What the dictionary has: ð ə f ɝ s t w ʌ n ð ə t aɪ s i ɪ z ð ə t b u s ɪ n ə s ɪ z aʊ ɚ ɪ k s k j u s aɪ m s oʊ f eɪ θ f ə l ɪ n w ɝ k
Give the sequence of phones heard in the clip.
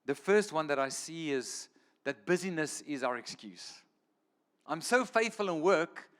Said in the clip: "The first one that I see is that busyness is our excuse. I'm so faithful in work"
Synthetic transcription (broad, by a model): ð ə f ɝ s t w ʌ n ð ə t aɪ s i ɪ z ð ə t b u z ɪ n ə s ɪ z aʊ ɚ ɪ k s k j u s aɪ m s oʊ f eɪ θ f ə l ɪ n w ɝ k